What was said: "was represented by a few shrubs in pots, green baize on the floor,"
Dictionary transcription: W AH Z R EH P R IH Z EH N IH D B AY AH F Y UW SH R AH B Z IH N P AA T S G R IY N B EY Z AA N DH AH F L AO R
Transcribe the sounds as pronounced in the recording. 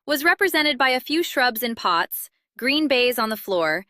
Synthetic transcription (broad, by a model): W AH Z R EH P R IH Z EH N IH D B AY AH F Y UW SH R AH B Z IH N P AA T S G R IY N B EY Z N DH AH F L AO R